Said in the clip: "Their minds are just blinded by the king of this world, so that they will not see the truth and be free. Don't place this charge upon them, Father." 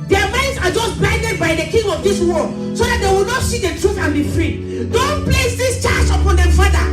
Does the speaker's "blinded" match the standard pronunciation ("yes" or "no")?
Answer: no